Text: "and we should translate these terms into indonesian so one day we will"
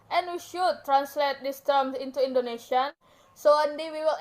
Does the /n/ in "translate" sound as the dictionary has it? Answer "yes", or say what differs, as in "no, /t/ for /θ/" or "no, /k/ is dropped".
yes